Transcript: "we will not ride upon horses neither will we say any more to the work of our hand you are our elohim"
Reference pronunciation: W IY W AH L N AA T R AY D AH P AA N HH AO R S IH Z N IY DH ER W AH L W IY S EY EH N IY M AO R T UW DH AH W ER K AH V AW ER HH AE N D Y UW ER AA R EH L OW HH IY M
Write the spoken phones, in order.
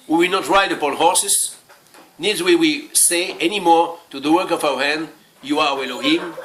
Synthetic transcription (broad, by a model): W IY W AH L N AA T R AY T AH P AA L HH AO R S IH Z N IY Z W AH W IY S EY EH N IY M AO R T UW DH AH W ER K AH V AW ER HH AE N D Y UW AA W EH L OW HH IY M